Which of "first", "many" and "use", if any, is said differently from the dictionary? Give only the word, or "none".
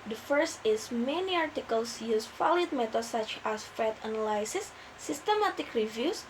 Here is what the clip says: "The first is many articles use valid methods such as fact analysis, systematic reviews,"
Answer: none